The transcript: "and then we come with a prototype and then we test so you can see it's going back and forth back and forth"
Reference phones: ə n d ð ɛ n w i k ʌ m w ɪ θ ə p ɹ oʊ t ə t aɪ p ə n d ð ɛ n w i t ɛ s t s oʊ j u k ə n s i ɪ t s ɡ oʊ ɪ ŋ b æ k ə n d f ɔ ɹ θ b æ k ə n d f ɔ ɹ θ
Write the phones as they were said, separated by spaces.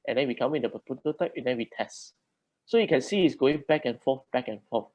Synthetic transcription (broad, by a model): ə n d ɛ n w i k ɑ m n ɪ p ə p oʊ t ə t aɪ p ə n d ɛ n w i t ɛ s t s oʊ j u k ə n s i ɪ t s ɡ oʊ ɪ ŋ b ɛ k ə n f ɔ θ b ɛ k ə n f ɔ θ